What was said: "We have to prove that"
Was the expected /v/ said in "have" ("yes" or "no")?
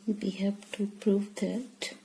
no